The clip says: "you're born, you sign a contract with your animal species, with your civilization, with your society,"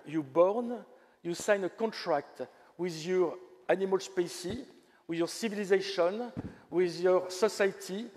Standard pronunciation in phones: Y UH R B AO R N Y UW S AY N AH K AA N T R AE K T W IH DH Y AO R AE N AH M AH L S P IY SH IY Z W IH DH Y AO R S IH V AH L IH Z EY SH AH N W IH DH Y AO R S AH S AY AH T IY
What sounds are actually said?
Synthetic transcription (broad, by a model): Y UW B AO R N Y UW S AY N AH K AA N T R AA K T W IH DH Y AO R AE N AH M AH L S P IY S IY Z W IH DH Y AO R S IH V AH L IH Z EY SH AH N W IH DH Y AO R S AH S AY T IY